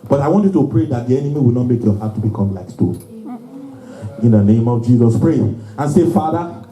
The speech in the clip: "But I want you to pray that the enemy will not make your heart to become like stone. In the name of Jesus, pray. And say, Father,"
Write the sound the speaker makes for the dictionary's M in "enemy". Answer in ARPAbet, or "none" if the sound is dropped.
M